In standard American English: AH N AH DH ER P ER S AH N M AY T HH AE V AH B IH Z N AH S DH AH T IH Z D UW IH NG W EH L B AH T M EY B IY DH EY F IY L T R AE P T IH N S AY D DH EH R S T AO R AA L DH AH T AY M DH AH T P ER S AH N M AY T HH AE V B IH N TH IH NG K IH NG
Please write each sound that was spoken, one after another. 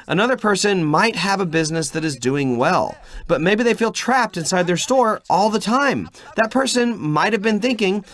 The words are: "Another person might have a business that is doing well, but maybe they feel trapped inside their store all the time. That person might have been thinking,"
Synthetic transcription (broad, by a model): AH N AH DH ER P ER S AH N M AY T HH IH V AH B IH Z N AH S DH AH T IH Z D UW IH NG W EH L B AH T M EY B IY DH EY F IY L T R AE P T IH N S AY D DH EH R S T AO R AA L DH AH T AY M DH AH T P ER S AH N M AY T HH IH V B IH N TH IH NG K IH NG